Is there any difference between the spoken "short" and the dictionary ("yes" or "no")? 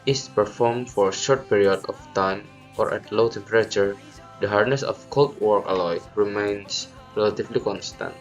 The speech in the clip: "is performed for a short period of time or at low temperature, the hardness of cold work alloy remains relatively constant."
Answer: no